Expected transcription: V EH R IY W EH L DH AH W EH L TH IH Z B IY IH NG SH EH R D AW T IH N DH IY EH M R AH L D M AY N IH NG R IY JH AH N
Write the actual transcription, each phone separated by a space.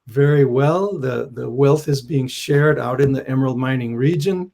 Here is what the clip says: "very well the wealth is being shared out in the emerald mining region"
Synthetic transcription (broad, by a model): V EH R IY W EH L DH AH W EH L TH IH Z B IY IH NG SH EH R D AW T IH N DH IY EH M AH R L M AY N IH NG R IY JH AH N